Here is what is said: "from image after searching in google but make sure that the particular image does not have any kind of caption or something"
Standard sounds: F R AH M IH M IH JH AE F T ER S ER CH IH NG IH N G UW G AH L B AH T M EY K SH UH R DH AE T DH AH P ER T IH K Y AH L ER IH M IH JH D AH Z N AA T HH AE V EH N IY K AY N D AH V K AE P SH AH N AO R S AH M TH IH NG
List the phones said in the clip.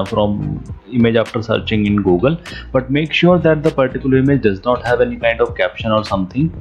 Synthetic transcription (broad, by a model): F R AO M IH M IH JH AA F T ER S ER CH IH NG IH N G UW G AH L B AH T M EY K SH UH R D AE T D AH P ER T IH K Y AH L ER IH M IH JH D AH Z N AA T HH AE V EH N IY K AY N D AH V K AE P SH AH N AO R S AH M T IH NG